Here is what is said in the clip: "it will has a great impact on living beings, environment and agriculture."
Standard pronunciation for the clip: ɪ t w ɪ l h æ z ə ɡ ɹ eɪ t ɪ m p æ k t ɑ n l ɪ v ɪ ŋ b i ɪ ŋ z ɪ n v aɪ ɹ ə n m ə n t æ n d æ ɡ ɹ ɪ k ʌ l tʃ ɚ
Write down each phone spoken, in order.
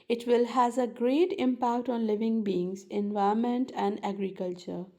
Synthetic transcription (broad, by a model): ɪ t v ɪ l h æ z ə ɡ ɹ eɪ t ɪ m p æ k t ɑ n l ɪ v ɪ ŋ b i ɪ ŋ z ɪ n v aɪ ə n m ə n t æ n d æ ɡ ɹ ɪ k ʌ l tʃ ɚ